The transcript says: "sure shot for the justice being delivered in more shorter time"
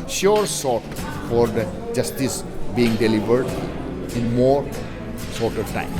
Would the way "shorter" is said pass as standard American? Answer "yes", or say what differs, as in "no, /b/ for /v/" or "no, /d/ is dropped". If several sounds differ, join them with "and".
no, /s/ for /ʃ/